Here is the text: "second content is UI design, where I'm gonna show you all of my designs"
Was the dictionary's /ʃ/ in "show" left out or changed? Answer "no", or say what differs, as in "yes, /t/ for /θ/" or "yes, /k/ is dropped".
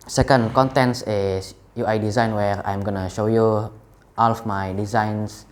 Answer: no